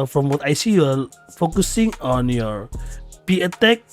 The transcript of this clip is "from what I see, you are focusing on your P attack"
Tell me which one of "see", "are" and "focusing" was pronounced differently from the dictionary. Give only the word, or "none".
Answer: are